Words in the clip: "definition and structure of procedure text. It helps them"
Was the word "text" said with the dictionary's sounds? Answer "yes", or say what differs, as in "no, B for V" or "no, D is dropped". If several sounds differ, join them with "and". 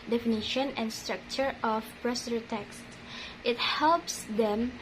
yes